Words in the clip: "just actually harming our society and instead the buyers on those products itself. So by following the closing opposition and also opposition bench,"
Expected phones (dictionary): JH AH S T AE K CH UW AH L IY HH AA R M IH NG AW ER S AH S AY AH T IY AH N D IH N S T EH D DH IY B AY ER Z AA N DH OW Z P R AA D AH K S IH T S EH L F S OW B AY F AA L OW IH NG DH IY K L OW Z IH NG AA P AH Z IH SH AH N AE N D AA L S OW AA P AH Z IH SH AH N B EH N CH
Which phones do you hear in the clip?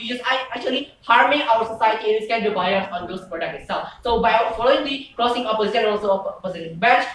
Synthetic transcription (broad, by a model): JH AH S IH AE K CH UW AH L IY HH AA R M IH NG AW ER S AH S AY AH T IY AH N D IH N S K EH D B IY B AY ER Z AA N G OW S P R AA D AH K IH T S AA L S OW B AY F AA L OW IH NG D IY K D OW S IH NG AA P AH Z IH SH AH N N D AA L S OW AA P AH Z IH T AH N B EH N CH